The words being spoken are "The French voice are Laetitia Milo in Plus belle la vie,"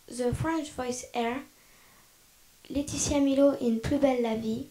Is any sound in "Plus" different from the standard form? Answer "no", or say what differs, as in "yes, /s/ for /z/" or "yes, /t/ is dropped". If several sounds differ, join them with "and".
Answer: yes, /s/ is dropped